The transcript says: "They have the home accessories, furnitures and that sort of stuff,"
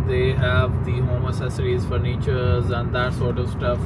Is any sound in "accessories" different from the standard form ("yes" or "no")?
yes